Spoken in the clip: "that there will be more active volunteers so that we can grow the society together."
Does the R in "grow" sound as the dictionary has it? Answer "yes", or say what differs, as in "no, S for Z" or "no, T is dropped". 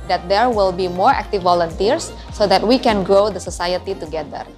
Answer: yes